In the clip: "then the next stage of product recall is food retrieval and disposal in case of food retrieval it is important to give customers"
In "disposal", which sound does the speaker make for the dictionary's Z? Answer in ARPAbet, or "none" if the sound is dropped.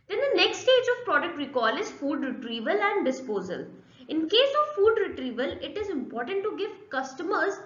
Z